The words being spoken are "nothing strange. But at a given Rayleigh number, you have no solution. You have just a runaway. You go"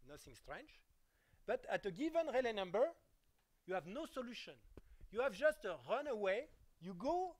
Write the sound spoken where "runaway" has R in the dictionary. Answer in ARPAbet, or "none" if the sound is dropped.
R